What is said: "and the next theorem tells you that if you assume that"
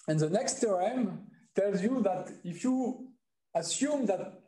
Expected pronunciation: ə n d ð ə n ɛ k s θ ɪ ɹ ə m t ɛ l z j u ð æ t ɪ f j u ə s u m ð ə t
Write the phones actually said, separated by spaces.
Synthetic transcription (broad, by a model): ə n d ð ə n ɛ k s t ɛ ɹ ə m t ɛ l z j u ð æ t ɪ f j u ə s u m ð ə t